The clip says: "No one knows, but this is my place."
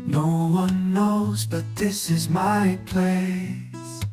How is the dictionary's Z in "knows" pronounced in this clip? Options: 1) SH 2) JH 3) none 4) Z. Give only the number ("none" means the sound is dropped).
4